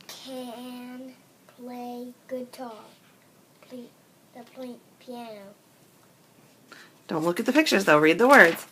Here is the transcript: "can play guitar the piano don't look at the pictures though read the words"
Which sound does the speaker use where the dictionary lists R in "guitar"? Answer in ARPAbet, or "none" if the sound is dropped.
L